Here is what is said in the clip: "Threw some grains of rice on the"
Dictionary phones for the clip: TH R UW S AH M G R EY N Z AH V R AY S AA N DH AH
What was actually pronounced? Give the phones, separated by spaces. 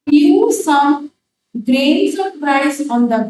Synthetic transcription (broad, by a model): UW S AH M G R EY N S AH P R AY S AA N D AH